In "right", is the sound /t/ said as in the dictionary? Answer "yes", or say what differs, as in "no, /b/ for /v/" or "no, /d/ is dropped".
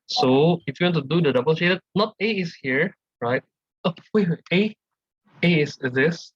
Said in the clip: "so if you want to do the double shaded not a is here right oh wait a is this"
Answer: yes